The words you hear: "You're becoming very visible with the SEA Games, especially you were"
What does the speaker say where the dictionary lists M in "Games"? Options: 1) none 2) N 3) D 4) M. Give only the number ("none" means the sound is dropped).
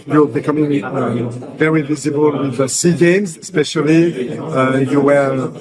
4